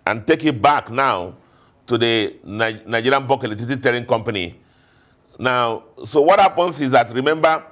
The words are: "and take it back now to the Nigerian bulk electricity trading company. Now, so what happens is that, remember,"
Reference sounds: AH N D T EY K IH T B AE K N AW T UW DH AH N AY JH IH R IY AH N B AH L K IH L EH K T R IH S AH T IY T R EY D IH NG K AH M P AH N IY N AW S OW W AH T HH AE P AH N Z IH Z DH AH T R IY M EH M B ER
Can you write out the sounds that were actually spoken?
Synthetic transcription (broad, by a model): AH N T EY K IH T B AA K N AW T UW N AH N AY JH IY R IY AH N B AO K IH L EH T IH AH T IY T EY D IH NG K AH M P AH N IY N AW S OW W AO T HH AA P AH N S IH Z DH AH T R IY M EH M B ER